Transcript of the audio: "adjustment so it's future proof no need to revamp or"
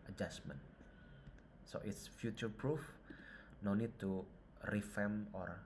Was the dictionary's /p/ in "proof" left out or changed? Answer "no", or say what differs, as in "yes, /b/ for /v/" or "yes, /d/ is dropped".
no